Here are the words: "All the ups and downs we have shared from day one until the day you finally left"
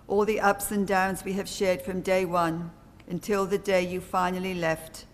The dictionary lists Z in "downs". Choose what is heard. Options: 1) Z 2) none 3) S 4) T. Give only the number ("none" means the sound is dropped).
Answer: 1